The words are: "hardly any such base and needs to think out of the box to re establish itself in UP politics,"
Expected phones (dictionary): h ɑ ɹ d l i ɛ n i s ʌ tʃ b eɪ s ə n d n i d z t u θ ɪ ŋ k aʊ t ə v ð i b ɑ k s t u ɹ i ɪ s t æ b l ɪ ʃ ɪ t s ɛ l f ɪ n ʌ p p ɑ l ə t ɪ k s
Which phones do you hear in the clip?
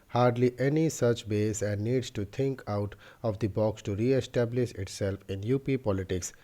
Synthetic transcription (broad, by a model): h ɑ ɹ d l i ɛ n i s ʌ tʃ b eɪ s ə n d n i d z t u t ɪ ŋ k aʊ t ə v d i b ɑ k s t u ɹ i ɪ s t æ b l ɪ ʃ ɪ t s ɛ l f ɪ n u p p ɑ l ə t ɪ k s